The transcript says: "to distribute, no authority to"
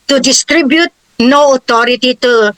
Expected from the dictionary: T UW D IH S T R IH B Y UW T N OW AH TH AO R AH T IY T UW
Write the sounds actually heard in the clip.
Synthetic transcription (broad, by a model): T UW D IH S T R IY B Y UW T N OW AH T AO R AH T IY T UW